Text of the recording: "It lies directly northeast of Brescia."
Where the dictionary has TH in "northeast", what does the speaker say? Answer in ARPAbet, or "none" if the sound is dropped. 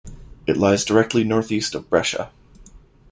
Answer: TH